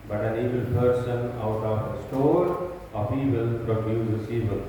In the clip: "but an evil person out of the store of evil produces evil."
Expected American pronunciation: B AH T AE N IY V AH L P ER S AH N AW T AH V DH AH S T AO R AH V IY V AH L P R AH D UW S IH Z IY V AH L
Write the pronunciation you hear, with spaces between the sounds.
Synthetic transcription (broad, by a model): B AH T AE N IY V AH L P ER S AH N AW T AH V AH S T AO R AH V IY V AH L P R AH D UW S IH S IY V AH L